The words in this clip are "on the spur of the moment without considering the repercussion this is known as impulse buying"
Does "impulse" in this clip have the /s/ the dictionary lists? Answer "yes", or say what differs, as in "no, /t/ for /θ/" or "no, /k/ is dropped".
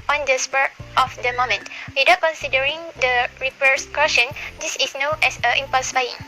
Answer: yes